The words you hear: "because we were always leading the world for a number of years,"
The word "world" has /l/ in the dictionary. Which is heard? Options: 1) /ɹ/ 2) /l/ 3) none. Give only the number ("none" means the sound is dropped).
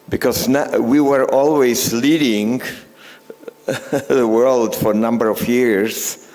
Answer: 2